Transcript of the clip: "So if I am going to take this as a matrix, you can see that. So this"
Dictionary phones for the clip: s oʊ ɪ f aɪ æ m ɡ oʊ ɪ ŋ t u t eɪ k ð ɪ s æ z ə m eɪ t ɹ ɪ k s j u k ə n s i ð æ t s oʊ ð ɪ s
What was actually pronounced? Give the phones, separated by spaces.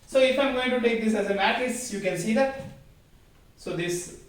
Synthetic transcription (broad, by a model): s oʊ ɪ f aɪ m ɡ oʊ ɪ ŋ t u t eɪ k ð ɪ s æ z ə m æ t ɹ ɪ s j u k ə n s i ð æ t s oʊ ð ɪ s